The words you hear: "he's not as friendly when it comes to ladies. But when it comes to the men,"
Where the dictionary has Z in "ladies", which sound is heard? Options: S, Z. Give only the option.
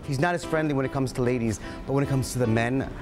Z